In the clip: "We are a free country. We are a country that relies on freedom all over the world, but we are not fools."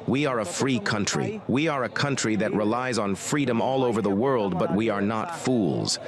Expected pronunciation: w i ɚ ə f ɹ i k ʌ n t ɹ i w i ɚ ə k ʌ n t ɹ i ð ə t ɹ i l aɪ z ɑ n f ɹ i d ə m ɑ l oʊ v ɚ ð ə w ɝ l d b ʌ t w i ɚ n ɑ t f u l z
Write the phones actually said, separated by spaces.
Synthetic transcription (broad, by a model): w i ɚ ə f ɹ i k ʌ n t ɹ i w i ɚ ə k ʌ n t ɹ i ð ə t ɹ i l aɪ z n f ɹ i d ə m ɑ l oʊ v ɚ ð ə w ɝ l d b ʌ t w i ɚ n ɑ t f u l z